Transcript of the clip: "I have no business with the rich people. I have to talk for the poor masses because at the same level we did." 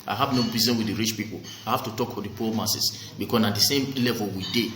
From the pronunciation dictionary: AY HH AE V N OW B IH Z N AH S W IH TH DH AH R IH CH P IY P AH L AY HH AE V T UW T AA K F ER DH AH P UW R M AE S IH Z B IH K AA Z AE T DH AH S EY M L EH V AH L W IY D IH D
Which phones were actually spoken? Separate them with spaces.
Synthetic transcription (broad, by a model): AY HH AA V N OW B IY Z AH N W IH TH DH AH R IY CH P IY P AH L AY HH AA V T UW T AA K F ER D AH P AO M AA S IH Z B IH K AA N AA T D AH S EY M L EH V AH L W IY D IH